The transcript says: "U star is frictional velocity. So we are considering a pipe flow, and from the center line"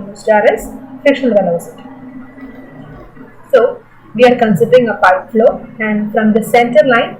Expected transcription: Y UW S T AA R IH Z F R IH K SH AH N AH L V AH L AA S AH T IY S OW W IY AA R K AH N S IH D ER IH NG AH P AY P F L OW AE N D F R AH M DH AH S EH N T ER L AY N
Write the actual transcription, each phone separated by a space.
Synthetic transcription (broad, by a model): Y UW S T AA R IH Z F IH K SH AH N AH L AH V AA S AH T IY S OW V IY AA R K AH N S IH D ER IH NG AH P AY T F L OW AE N D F R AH M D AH S EH N T ER L AY N